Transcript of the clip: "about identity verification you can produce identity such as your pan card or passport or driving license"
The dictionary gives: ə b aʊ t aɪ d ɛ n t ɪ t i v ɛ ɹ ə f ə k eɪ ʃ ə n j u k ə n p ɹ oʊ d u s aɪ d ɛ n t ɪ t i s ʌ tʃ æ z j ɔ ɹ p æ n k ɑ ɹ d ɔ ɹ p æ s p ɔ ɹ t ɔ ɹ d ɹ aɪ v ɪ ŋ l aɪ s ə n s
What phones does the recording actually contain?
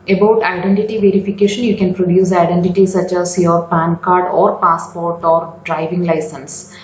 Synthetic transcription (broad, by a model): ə b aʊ t aɪ d ɛ n t ɪ t i v ɛ ɹ ə f ə k eɪ ʃ ə n j u k ə n p ɹ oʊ d u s aɪ d ɛ n t ɪ t i s ʌ tʃ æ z j ɔ ɹ p æ n k ɑ ɹ d ɔ ɹ p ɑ s p ɔ ɹ t ɔ ɹ d ɹ aɪ v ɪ ŋ l aɪ s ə n s